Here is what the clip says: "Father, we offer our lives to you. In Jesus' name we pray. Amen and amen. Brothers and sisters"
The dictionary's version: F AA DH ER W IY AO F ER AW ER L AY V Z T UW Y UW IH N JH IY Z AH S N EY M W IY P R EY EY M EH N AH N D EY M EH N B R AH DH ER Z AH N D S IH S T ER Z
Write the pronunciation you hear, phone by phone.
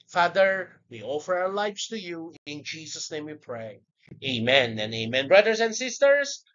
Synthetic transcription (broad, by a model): F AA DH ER W IY AO F ER AW ER L AY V S T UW Y UW IH N JH IY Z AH S N EY M W IY P R EY EY M EH N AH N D EY M EH N B R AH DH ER S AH N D S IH S T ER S